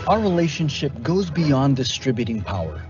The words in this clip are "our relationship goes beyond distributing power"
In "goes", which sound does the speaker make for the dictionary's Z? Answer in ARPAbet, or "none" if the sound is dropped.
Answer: Z